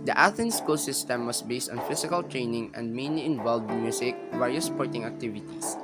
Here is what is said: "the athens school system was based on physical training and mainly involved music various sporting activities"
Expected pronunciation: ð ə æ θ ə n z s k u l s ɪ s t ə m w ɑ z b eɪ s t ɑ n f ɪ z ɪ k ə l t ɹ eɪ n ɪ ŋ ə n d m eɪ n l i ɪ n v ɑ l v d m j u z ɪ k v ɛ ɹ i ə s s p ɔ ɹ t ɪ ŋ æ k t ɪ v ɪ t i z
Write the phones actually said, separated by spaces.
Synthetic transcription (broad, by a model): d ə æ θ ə n s k u l s ɪ s t ə m w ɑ s b eɪ s t ɑ n f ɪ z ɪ k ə l t ɹ eɪ n ɪ ŋ ə n d m eɪ n l i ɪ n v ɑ l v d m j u s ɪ k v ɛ ɹ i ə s s p ɔ ɹ t ɪ ŋ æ k t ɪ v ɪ t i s